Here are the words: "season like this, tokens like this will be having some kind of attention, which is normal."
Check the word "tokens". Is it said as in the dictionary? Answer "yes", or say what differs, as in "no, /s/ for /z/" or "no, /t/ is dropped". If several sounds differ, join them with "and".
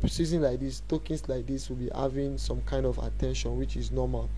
no, /s/ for /z/